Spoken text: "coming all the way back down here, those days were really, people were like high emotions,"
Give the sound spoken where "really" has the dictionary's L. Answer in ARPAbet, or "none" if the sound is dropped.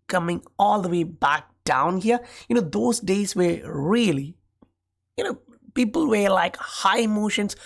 N